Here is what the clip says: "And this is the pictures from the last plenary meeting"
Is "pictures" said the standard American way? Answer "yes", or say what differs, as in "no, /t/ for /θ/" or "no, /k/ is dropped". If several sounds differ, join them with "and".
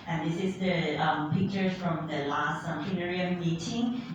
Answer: no, /z/ is dropped